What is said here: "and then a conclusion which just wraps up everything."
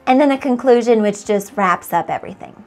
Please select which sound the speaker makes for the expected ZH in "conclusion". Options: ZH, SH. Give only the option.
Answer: ZH